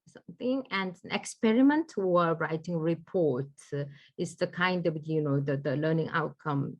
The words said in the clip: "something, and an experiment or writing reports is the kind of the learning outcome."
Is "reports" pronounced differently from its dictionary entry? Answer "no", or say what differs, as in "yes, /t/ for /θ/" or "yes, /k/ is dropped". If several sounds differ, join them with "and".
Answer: yes, /s/ is dropped